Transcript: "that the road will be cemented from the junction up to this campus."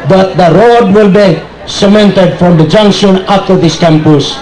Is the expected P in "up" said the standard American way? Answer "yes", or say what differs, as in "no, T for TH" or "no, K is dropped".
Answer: no, F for P